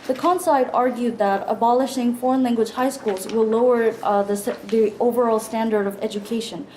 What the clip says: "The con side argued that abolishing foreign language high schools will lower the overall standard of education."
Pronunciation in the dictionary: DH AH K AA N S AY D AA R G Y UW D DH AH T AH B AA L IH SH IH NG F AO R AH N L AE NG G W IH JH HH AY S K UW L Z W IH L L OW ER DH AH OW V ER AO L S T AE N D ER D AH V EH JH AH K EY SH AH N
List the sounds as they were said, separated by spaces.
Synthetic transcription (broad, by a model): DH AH K AA N S AY D AA R G Y UW D DH AH T AH B AA L IH SH IH NG F AO R AH N L AE NG G W IH JH HH AY S K UW L Z W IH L L OW ER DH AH OW V ER AO L S T AE N D ER D AH V EH JH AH K EY SH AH N